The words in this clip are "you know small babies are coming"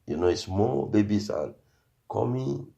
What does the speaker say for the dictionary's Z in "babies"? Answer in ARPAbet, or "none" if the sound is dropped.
S